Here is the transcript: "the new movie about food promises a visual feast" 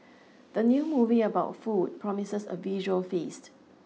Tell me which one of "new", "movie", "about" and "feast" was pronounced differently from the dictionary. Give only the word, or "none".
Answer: none